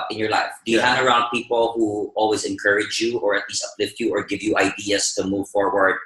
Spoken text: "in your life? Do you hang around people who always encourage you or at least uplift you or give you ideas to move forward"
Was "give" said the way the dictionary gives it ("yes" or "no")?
yes